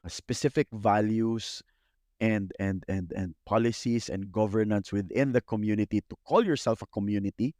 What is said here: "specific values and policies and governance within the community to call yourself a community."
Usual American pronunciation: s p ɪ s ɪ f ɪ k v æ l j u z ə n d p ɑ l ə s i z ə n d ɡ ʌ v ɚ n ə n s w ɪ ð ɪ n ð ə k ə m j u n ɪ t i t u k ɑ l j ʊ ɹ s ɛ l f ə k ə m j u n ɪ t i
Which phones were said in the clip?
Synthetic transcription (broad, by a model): s p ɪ s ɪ f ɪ k v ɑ l j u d ə n d p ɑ l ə s i s ə n d ɡ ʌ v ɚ n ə n s w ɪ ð ɪ n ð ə k ə m j u n ɪ t i t u k ɑ l j ʊ ɹ s ɛ l f ə k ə m j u n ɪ t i